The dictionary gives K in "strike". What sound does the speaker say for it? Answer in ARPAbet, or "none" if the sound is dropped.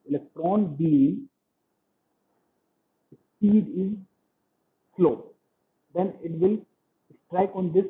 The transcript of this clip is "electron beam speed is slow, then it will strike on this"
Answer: K